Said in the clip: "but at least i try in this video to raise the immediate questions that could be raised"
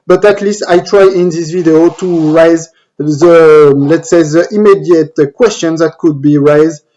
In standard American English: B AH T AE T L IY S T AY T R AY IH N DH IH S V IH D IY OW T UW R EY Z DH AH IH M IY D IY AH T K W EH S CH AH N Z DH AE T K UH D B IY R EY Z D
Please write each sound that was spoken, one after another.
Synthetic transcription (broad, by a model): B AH T AE T L IY S T AY T R AY IH N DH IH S V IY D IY OW T UW R EY Z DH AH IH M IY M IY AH T K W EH S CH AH N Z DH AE T K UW D B IY R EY Z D